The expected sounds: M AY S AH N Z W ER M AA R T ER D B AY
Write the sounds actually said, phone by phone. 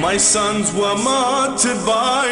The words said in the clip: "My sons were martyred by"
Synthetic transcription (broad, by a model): M AY S AH N Z W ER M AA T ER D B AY